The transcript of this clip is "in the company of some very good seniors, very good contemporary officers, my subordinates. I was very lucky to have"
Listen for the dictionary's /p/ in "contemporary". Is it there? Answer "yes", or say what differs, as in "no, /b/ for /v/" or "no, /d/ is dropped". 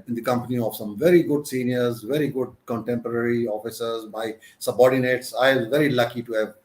yes